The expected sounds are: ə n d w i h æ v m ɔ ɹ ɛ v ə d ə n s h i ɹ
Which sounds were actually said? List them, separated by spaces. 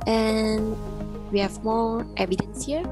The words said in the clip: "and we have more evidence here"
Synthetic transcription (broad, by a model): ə n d w i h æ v m ɔ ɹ ɛ v ə d ə n s h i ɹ